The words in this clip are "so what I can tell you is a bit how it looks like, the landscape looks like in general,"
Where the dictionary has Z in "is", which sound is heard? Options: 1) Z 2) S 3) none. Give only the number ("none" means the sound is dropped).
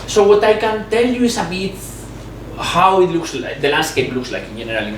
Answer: 2